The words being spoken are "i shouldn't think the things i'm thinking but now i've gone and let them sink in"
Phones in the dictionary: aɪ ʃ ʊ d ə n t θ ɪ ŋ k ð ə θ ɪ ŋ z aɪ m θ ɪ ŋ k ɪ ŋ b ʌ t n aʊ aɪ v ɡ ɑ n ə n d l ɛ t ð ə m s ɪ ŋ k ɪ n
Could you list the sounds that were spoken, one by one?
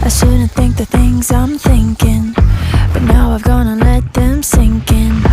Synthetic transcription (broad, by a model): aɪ s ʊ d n θ ɪ ŋ k ð ə θ ɪ ŋ z aɪ m θ ɪ ŋ k ɪ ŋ b ʌ t n aʊ aɪ v ɡ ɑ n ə l ɛ t ð ə m s ɪ ŋ k ɪ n